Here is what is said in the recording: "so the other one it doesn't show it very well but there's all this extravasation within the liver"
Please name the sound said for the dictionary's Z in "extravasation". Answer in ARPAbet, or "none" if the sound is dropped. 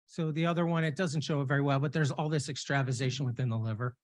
Z